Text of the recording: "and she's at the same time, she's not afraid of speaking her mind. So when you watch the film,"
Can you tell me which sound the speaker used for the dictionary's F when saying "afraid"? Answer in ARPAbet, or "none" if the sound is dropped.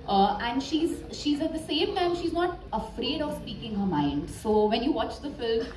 F